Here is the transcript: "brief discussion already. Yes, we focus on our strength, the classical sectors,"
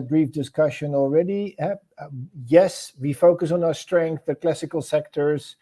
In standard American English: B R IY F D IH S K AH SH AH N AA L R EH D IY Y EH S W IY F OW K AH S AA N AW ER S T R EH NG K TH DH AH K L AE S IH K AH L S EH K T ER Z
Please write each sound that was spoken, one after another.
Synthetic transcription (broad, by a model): B R IY F D IH S K AH SH AH N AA L R EH D IY Y EH S W IY F OW K AH S N AW ER S T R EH NG K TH DH AH K L AE S IH K AH L S EH K T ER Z